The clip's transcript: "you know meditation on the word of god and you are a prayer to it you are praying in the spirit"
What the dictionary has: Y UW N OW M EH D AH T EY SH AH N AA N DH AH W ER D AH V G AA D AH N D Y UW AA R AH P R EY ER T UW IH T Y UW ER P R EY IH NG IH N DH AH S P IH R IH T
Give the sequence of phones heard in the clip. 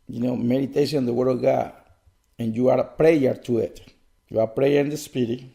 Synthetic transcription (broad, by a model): Y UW N OW M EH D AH T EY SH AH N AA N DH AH W ER D AH V G AA D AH N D Y UW AA R P R EY ER T UW IH T Y UW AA P R EY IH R IH N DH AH S P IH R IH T